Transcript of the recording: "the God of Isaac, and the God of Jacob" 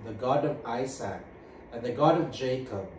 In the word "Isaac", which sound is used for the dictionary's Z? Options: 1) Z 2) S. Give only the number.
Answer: 2